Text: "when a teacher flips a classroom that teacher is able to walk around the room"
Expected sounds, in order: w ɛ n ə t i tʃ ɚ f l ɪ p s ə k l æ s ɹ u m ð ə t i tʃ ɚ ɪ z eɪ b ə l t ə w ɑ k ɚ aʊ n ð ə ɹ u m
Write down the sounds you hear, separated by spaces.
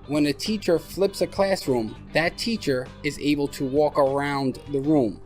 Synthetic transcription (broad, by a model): w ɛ n ə t i tʃ ɚ f l ɪ p s ə k l æ s ɹ u m ð ə t i tʃ ɚ ɪ z eɪ b ə l t ə w ɑ k ɚ aʊ n ð ə ɹ u m